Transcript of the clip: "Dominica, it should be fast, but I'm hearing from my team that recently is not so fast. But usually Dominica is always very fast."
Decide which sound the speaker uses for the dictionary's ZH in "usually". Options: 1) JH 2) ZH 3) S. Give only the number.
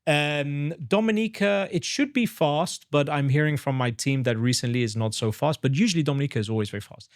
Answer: 2